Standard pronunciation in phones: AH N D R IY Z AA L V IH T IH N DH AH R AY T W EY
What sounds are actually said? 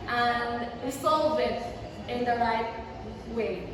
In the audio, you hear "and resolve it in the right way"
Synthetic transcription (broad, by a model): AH N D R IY S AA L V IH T IH N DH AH R AY T W EY